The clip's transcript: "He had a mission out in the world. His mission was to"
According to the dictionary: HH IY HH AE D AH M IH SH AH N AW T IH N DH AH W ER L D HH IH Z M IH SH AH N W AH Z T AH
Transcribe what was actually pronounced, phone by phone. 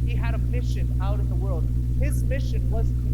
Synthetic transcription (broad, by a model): HH IY HH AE D AH M IH SH AH N AW T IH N DH AH W ER L D HH IH Z M IH SH AH N W AH Z